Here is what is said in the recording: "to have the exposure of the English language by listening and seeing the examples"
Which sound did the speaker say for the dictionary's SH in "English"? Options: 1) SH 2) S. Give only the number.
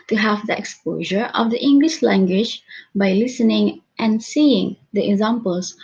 1